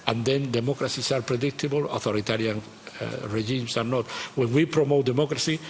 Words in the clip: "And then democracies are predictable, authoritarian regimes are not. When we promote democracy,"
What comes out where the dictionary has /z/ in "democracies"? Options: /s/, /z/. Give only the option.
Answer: /s/